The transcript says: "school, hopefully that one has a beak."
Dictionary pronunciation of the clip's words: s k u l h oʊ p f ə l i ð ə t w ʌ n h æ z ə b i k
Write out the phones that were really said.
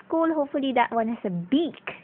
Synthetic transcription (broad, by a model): k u l h oʊ p f ə l i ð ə t w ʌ n h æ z ə b i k